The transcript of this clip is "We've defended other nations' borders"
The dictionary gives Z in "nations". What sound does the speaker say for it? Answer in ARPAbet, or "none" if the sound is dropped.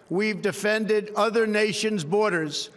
Z